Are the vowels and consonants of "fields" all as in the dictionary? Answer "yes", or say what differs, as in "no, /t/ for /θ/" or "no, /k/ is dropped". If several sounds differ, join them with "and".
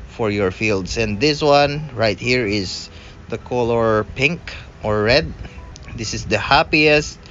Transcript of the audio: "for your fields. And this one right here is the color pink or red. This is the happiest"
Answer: no, /s/ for /z/